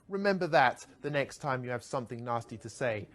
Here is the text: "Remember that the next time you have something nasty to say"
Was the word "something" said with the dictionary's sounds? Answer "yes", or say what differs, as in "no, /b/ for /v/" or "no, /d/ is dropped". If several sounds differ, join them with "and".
yes